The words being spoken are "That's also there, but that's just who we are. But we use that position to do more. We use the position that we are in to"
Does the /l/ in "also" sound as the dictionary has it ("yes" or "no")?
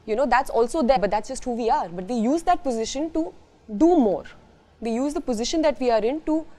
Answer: yes